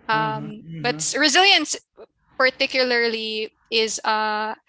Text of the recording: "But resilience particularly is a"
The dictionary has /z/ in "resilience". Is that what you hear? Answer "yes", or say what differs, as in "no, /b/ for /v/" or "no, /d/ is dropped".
yes